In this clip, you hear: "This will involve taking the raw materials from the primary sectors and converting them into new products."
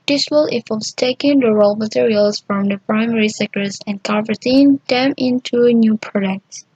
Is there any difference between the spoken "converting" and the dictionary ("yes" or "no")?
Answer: yes